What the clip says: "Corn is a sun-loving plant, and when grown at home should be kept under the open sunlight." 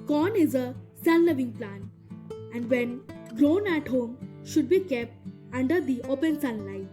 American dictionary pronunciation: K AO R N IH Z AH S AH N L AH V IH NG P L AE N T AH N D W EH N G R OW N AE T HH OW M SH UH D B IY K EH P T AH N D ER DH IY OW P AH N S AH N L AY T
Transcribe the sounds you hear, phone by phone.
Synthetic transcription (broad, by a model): K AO N IH Z AH S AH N L AH V IH NG P L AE N AH N D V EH N G R OW N AE T HH OW M SH UH D B IY K EH P T AH N D ER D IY OW P AH N S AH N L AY